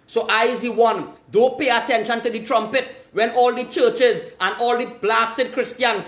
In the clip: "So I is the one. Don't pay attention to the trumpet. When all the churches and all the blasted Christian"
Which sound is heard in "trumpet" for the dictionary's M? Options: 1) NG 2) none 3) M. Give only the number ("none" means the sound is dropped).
3